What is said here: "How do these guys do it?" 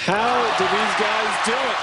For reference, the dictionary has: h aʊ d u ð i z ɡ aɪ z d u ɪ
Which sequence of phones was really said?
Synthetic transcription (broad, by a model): h aʊ d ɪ ð i z ɡ aɪ z d u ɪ